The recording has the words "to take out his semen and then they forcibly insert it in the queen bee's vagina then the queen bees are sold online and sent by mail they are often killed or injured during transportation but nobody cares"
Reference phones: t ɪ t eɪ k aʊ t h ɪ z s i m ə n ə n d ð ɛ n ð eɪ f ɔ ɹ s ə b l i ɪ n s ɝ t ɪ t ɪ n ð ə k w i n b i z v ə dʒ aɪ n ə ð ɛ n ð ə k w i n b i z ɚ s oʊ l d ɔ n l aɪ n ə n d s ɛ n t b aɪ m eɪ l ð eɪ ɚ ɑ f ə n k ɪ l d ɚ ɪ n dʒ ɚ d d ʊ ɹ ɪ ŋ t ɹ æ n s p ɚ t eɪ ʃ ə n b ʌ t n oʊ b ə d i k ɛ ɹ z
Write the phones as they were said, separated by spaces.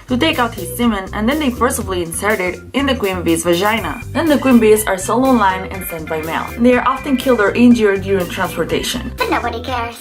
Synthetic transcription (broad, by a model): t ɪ t eɪ k aʊ t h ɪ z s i m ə n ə n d ð ɛ n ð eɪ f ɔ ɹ s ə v l i ɪ n s ɝ t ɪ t ɪ n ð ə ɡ w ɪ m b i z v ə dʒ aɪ n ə ð ɛ n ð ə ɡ w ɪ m b i z ɚ s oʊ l ɔ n l aɪ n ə n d s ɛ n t b aɪ m eɪ l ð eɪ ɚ ɑ f ə n k ɪ l d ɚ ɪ n dʒ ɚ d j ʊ ɹ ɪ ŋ t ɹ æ n s p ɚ t eɪ ʃ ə n b ʌ t n oʊ b ə d i k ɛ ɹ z